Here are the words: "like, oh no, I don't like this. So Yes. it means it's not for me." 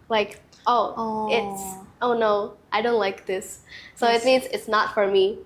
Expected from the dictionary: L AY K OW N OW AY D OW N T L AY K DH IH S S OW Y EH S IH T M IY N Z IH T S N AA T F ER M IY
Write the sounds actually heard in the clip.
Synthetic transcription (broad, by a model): L AY K OW N OW AY D OW N T L AY K DH IH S S OW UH IH T M IY N Z IH T S N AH T F ER M IY